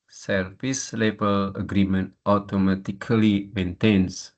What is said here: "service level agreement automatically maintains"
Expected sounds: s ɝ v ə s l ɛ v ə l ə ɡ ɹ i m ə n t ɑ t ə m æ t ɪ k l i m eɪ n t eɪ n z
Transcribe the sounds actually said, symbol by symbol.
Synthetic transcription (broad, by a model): s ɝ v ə s l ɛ b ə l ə ɡ ɹ i m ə n t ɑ t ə m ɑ t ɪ k l i m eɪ n t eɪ n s